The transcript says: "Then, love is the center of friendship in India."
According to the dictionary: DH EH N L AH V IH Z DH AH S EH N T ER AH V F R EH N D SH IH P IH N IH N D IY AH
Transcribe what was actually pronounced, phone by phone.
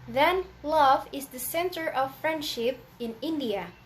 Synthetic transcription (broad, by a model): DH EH N L AH V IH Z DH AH S EH N T ER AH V F R EH N D SH IH P IH N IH N D IY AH